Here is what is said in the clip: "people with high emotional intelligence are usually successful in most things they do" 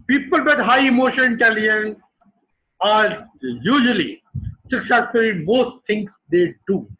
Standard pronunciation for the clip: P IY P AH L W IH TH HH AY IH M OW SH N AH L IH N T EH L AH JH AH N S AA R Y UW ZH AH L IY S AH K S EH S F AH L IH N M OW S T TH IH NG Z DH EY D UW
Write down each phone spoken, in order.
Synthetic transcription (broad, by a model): P IY P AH L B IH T HH AY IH M OW SH AH N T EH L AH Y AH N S AA R Y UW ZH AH L IY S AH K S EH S AH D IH M OW S T T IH NG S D EY D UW